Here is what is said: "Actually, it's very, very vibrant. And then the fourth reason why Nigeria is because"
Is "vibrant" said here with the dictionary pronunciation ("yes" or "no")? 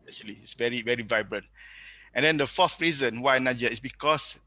yes